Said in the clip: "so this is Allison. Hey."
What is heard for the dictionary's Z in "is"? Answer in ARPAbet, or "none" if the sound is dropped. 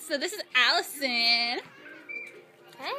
Z